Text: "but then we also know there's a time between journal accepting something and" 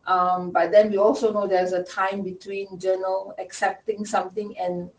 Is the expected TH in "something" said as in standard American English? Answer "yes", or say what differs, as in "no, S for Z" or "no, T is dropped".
no, T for TH